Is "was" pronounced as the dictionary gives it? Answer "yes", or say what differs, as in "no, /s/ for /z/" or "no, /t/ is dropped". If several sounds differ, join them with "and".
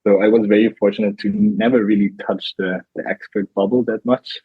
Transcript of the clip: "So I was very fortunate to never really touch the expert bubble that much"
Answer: yes